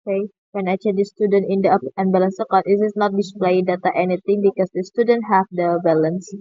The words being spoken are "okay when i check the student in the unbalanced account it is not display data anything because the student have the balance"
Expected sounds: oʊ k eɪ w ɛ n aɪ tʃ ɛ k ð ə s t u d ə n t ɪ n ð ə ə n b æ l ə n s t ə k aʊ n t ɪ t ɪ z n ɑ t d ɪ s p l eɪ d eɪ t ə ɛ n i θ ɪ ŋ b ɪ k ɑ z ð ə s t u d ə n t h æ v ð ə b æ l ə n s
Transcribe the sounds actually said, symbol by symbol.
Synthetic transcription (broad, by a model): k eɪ w ɛ n aɪ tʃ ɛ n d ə s t u d ə n t ɪ n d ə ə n b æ l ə n s ə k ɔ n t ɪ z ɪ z n ɑ t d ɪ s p l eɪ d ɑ t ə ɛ n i t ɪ ŋ b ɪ k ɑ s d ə s t u d ə n t h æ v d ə b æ l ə n s